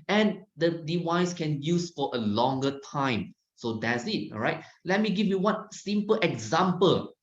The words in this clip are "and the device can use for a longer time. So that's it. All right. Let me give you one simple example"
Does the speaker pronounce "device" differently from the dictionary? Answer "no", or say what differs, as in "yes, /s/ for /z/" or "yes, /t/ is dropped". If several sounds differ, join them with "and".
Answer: yes, /w/ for /v/